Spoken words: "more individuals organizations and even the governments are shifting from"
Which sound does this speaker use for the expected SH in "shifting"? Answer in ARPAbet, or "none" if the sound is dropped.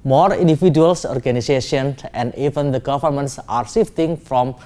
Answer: S